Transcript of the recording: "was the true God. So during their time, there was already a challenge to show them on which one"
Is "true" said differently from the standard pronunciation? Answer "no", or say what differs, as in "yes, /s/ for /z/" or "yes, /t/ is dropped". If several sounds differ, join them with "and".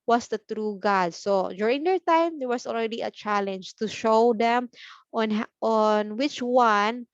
no